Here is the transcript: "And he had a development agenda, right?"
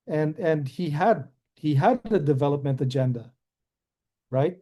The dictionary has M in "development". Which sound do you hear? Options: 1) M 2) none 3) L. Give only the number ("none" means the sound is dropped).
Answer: 1